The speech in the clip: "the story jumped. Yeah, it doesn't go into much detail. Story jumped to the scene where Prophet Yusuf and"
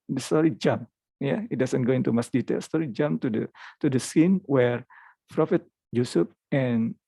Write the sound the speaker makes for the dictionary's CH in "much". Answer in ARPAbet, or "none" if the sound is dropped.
S